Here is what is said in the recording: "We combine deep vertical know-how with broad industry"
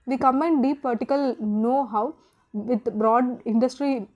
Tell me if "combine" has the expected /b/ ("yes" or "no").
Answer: no